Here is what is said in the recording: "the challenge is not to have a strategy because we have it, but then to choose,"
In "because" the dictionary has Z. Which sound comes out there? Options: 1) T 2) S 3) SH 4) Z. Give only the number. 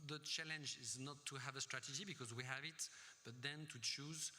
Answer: 4